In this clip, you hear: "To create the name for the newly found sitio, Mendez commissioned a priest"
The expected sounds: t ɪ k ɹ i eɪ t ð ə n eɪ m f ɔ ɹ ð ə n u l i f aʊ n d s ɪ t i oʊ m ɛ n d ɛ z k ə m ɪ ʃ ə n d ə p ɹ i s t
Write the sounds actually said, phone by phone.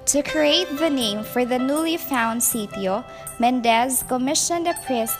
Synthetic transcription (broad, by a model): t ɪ k ɹ i eɪ t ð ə n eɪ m f ɔ ɹ ð ə n u l i f aʊ n d s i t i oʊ m ɛ n d ɛ z k ə m ɪ ʃ ə n d ə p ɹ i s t